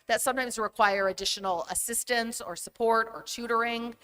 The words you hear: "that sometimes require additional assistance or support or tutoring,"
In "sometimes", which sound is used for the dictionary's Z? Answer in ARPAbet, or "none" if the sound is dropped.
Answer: Z